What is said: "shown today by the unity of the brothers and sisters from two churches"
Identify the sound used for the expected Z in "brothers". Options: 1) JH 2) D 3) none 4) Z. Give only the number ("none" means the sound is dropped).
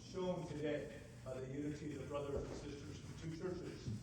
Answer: 3